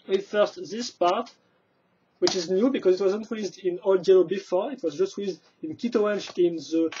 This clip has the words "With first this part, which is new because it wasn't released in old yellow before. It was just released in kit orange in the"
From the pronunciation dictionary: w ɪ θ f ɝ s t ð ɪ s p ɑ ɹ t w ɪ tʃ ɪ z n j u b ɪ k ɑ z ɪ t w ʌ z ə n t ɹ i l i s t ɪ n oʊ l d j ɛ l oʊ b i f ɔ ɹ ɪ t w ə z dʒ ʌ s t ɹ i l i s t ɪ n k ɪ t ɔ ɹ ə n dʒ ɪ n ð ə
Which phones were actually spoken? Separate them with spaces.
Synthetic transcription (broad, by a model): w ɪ f ɝ s t ð ɪ s p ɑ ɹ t w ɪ tʃ ɪ z n j u b ɪ k ɑ z ɪ t w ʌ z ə n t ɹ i i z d ɪ n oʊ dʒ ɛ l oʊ b i f ɔ ɹ ɪ t w ə z dʒ ʌ s t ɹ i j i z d ɪ n k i t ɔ ə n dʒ ɪ n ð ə